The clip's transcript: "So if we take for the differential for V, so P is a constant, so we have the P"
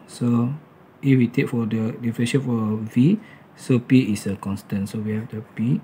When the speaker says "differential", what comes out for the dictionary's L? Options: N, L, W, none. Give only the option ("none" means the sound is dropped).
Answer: N